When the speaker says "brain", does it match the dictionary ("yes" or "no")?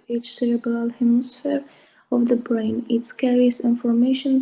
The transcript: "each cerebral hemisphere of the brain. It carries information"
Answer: yes